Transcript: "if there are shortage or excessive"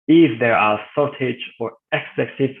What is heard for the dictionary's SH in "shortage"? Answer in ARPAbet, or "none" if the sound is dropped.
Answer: S